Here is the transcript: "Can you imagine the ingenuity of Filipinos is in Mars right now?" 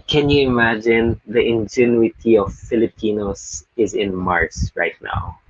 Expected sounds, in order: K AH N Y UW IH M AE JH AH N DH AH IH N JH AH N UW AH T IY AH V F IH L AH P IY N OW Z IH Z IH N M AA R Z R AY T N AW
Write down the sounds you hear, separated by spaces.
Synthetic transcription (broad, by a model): K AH N Y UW IH M AE JH AH N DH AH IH N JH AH N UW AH T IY AH V F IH L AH P IY N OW S IH Z IH N M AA R S R AY T N AW